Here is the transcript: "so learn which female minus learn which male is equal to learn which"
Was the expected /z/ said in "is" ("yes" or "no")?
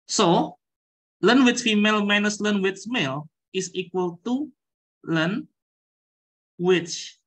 no